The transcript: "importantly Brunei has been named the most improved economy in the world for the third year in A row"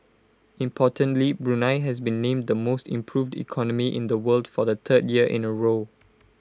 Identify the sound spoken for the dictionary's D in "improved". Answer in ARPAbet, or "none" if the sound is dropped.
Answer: D